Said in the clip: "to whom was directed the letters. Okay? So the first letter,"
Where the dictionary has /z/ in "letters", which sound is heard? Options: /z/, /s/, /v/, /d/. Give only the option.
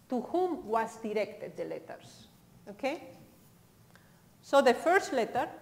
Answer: /s/